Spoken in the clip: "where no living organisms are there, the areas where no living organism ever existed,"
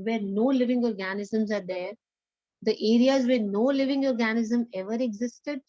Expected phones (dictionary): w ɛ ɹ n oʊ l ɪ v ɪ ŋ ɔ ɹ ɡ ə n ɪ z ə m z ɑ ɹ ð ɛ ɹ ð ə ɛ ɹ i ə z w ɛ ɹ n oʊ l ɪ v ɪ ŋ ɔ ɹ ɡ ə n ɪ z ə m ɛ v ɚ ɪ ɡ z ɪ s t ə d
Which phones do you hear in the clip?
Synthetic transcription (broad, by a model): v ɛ ɹ n oʊ l ɪ v ɪ ŋ ɔ ɹ ɡ ə n ɪ z ə m z ɑ ɹ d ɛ ɹ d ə ɛ ɹ i ə z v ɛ ɹ n oʊ l ɪ v ɪ ŋ ɔ ɹ ɡ ə n ɪ z ə m ɛ v ɚ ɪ ɡ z ɪ s t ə d